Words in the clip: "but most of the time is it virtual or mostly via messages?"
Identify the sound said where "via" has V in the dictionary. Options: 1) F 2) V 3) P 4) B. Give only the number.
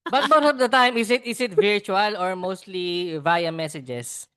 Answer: 2